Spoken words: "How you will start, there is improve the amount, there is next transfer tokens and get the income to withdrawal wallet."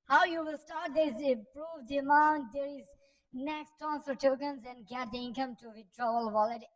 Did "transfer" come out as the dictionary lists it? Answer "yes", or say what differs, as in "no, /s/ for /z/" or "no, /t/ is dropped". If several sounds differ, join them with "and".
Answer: no, /ɹ/ is dropped and /f/ is dropped